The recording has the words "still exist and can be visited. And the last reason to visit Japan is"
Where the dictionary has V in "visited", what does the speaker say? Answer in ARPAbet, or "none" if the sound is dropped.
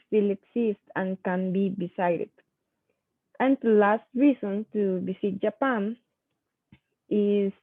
B